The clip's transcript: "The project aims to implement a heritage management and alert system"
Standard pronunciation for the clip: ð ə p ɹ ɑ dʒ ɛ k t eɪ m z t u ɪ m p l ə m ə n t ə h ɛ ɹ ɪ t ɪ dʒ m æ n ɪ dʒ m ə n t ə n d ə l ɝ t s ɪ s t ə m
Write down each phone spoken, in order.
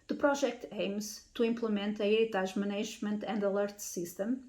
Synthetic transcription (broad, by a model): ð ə p ɹ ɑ ʒ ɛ k t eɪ m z t u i m p l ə m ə n t ə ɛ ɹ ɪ t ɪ ʒ m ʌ n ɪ ʒ m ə n t ə n d ə l ɝ t s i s t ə m